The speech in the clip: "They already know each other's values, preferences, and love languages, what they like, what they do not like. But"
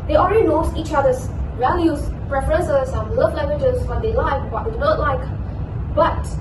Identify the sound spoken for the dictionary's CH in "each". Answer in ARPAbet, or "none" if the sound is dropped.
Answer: CH